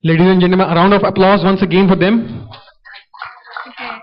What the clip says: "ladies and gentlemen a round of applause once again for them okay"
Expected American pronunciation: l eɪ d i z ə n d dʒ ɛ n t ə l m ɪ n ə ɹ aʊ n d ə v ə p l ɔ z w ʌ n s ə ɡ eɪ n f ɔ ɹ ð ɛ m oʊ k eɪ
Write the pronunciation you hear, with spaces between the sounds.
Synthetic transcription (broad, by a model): l eɪ d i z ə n dʒ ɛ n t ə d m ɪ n ə ɹ aʊ n d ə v ə p l ɔ z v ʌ n s ə ɡ eɪ n f ɔ ɹ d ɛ m